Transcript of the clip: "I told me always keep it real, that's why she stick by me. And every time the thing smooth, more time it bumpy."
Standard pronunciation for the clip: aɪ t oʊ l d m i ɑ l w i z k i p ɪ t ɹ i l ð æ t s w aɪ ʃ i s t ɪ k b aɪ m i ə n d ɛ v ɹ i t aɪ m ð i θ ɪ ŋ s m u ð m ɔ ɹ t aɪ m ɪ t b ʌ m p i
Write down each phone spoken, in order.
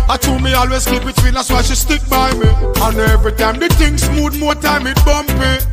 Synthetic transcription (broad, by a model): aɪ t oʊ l m i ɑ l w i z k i b ɪ t w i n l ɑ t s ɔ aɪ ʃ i s t ɪ k b aɪ m i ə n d ɛ v ɹ i t aɪ m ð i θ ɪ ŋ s m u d m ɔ t aɪ m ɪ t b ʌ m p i